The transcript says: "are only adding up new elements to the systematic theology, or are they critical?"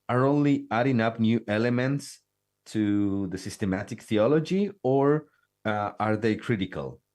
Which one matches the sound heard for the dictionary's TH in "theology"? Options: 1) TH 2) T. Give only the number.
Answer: 1